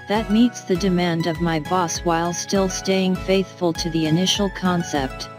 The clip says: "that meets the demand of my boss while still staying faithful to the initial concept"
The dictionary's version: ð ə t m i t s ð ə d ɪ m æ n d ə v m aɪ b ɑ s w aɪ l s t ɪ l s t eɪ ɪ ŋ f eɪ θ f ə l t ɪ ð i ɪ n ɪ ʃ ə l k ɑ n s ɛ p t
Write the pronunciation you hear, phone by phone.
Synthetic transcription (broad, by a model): ð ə t m i t s ð ə d ɪ m æ n d ə v m aɪ b ɑ s w aɪ l s t ɪ l s t eɪ ɪ ŋ f eɪ θ f ə l t ɪ ð i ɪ n ɪ ʃ l k ɑ n s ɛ p t